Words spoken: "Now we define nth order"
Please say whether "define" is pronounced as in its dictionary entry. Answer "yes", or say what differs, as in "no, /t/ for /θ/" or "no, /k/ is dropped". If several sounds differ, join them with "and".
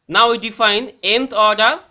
yes